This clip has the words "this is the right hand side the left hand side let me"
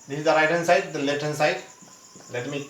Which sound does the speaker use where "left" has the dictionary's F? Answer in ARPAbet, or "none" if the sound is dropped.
none